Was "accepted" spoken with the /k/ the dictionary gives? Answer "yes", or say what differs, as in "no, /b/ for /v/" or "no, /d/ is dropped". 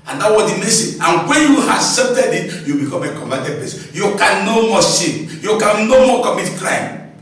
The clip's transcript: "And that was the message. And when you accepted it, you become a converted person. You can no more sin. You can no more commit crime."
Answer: no, /k/ is dropped